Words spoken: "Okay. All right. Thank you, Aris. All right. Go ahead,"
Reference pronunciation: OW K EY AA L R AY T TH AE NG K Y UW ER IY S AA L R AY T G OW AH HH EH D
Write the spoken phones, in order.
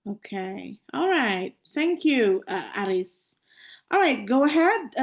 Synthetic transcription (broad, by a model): OW K EY AA L R AY T TH AE NG K Y UW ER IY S AA L R AY T G OW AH HH EH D